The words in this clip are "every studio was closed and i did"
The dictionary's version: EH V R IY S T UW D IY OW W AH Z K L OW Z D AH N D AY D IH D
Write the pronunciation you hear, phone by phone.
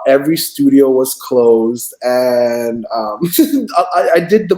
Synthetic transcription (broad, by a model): EH V R IY S T UW D IY OW W AH Z K L OW Z D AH N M AY D IH D